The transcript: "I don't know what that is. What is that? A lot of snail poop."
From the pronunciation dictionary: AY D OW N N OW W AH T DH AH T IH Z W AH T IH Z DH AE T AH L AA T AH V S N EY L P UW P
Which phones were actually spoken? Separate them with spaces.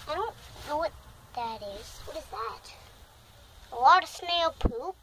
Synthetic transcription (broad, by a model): AY D OW N N OW W AH T DH AH T IH Z W AH T IH Z DH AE T AH W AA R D S N EY L P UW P